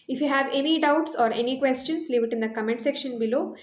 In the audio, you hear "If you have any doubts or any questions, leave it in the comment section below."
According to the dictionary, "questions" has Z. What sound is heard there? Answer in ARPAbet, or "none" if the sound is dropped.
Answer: S